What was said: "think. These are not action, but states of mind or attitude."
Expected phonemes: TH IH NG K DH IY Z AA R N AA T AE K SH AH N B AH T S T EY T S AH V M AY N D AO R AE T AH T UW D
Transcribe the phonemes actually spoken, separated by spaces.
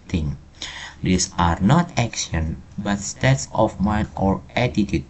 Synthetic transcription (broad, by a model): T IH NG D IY S AA R N AA T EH K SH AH N B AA T S T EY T S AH F M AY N AO R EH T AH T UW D